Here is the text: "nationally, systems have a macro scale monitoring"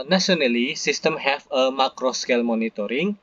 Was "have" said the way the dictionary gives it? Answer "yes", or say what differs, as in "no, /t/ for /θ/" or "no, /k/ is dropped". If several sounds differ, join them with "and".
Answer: no, /f/ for /v/